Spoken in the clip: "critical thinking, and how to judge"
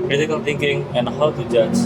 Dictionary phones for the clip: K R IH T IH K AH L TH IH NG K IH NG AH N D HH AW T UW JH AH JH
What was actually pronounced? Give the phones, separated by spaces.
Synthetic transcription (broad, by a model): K R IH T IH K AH L T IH NG K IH NG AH N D HH AW T UW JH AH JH